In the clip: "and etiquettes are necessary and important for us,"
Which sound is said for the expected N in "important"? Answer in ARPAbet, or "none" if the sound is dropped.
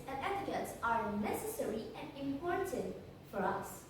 N